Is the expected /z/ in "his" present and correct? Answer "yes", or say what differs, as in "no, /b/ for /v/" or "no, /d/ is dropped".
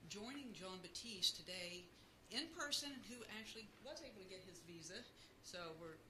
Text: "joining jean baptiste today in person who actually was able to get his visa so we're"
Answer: yes